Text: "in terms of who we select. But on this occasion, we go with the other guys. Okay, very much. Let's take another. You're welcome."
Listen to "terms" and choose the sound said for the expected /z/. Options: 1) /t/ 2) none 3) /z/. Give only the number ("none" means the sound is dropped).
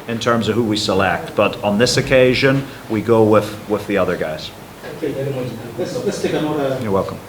3